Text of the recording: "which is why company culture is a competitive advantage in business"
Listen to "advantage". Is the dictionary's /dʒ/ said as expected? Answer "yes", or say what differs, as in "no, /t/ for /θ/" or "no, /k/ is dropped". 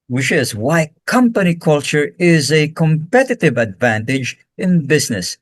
yes